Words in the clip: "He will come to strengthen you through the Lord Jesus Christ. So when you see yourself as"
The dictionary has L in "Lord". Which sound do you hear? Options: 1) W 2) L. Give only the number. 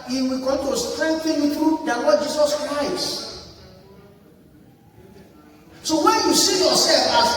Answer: 1